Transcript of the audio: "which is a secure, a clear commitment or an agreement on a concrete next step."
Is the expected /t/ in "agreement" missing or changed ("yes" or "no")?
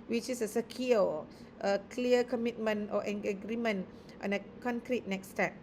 no